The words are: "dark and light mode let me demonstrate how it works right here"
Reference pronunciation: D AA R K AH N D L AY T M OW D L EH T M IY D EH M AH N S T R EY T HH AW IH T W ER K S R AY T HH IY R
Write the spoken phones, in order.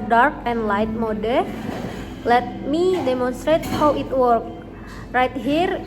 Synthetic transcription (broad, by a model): D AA R K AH N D L AY T M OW D L EH T M IY D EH M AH N S T R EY T HH AW IH T W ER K R AY T HH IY R